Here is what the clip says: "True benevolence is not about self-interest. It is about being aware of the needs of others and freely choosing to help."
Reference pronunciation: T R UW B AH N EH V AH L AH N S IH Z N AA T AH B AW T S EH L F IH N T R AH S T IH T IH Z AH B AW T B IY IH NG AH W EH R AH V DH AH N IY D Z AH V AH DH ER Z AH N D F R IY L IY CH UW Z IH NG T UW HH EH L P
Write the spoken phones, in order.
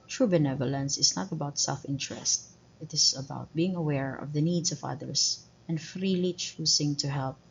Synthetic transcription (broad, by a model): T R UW B AH N EH V AH L AH N S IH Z N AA T AH B AW T S EH L F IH N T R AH S T IH T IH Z AH B AW T B IY IH NG AH W EH R AH V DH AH N IY D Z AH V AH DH ER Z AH N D F R IY L IY CH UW S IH NG T UW HH EH L P